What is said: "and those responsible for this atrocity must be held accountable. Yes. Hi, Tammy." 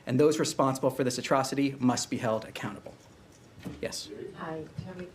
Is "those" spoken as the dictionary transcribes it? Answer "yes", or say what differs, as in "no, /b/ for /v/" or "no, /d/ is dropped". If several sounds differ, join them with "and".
yes